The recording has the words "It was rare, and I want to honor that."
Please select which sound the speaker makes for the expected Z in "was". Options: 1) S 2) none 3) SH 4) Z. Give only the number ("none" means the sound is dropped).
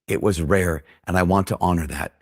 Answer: 4